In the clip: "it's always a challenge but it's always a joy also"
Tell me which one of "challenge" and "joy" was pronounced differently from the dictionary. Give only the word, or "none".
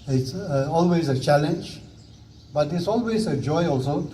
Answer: none